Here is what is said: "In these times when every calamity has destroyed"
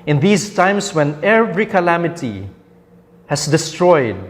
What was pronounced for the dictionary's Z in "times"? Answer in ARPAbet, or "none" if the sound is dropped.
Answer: S